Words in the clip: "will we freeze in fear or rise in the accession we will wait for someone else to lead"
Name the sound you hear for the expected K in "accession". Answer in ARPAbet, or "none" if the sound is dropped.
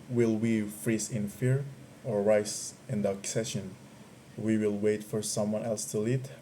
K